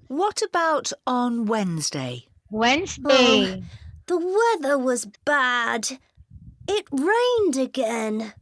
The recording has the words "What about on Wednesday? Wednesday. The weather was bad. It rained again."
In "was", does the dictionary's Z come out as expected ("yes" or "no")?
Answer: yes